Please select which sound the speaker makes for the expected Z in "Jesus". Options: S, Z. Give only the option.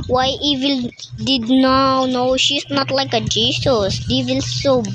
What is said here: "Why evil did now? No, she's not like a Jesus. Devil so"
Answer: S